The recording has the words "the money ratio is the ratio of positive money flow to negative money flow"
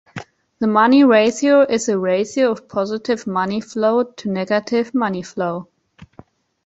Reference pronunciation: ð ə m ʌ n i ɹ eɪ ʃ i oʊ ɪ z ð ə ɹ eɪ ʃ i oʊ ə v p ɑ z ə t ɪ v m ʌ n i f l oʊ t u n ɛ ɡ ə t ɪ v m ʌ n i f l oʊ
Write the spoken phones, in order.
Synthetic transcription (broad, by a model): ð ə m ʌ n i ɹ eɪ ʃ i oʊ ɪ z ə ɹ eɪ s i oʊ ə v p ɑ z ə t ɪ v m ʌ n i f l oʊ t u n ɛ ɡ ə t ɪ v m ʌ n i f l oʊ